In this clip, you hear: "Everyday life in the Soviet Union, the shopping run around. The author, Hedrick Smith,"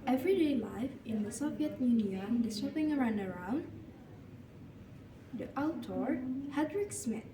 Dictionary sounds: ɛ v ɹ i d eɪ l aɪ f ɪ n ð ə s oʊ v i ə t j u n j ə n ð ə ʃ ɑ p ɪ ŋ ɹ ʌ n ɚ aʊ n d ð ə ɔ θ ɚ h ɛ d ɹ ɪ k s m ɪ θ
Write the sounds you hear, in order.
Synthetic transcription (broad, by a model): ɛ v ɹ i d eɪ l aɪ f ɪ n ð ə s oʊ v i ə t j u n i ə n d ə s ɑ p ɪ ŋ ɹ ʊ n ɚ aʊ n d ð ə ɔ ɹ h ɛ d ɹ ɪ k s m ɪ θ